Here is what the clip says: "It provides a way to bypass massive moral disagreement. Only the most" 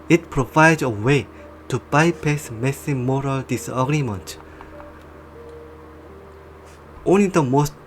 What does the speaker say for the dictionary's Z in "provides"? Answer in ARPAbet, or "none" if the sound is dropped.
none